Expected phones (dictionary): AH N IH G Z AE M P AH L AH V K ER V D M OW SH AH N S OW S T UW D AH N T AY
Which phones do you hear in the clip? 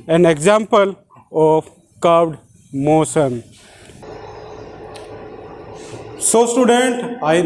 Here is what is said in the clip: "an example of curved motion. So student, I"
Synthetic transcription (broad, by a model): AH N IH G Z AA M P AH L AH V K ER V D M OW S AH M S OW S T UW D AH N T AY